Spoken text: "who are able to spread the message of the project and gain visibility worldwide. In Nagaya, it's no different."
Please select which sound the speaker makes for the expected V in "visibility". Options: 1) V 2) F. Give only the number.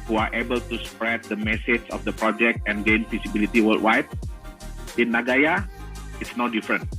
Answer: 2